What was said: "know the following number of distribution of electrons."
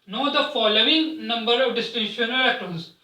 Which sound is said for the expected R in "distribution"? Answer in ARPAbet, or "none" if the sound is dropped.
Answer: none